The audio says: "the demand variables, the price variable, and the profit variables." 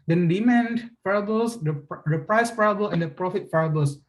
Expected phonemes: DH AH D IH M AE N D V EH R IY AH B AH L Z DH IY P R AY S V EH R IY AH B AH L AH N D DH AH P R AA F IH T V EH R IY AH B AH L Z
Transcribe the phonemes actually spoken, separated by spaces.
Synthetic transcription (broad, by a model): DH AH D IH M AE N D F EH R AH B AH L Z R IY P R AY S F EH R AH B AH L AH N D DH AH P R AA F IH T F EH R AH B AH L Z